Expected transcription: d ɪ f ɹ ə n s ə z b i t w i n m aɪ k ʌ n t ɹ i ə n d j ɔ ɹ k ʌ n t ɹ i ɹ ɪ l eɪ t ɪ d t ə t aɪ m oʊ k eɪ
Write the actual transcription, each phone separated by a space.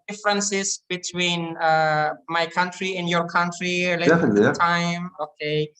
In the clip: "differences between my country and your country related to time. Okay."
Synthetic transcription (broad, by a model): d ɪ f ɹ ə n s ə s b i t w i n m aɪ k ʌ n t ɹ i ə n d j ɔ ɹ k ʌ n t ɹ i l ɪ eɪ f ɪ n t ə t aɪ m oʊ k eɪ